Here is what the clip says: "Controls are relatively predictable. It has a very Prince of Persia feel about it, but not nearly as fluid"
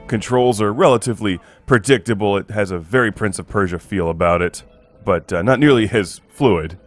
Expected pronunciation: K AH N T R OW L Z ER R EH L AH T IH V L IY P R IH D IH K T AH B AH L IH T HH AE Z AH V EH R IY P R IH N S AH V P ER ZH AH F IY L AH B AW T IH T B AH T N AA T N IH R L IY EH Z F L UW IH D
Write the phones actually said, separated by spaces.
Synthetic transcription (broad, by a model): K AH N T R OW L Z ER R EH L AH T IH V L IY P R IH D IH K T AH B L IH T HH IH Z AH V EH R IY P R IH N S AH V P ER ZH AH F IY L AH B AW T IH T B AH T N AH T N IH R L IY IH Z F L UW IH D